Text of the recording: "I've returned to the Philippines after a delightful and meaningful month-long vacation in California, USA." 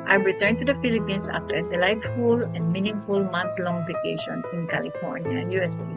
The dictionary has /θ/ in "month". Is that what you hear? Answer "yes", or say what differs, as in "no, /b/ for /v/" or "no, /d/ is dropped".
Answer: no, /t/ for /θ/